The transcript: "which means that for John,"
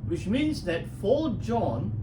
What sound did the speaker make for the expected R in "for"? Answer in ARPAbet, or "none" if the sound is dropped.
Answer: L